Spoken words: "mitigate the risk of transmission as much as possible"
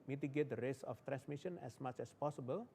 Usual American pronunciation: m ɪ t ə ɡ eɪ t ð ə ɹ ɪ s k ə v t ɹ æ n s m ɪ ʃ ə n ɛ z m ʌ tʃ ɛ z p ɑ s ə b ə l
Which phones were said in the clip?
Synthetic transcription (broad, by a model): m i t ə ɡ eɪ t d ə ɹ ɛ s ə f t ɹ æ n s m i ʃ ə n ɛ s m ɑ tʃ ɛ s p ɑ s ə b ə l